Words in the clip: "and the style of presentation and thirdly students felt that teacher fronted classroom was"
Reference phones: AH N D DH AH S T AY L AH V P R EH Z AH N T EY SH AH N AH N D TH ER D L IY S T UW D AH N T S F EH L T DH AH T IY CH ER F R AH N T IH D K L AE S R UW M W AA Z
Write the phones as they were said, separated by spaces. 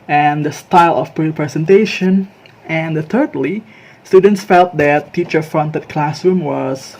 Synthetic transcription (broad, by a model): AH N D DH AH S T AY L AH P P R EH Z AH N T EY SH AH N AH N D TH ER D L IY S T UW D AH N T S F EH L T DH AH T IY CH ER F R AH N T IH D K L AE S R UW M W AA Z